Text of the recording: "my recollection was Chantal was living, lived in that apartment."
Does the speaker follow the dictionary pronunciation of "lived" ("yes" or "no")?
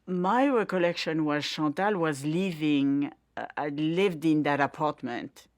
yes